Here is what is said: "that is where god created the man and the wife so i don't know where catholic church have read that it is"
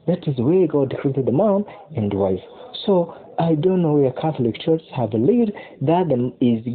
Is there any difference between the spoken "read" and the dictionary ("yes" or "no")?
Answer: yes